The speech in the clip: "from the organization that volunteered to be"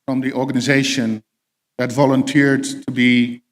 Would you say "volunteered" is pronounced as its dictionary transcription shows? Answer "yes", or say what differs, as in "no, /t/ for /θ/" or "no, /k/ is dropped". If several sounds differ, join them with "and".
yes